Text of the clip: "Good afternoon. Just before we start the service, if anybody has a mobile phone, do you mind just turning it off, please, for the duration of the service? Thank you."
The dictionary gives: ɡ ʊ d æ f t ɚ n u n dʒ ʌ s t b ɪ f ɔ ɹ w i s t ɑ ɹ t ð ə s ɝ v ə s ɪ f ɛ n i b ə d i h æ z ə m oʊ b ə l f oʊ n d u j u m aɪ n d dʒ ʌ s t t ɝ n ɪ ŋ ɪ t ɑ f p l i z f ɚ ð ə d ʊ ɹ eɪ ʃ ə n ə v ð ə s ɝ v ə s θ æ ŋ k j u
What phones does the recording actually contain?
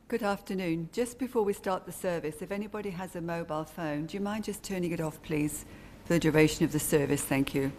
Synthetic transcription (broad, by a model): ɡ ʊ d æ f t ɚ n u n dʒ ʌ s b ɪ f ɔ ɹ w i s t ɑ ɹ t ð ə s ɝ v ə s ɪ f ɛ n i b ə d i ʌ z ə m oʊ b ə l f oʊ n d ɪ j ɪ m aɪ n dʒ ʌ s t t ɝ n ɪ ŋ ɪ t ɑ f p l i z f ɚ ð ə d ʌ ɹ eɪ ʃ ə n ə v ð ə s ɝ v ə s θ æ ŋ k j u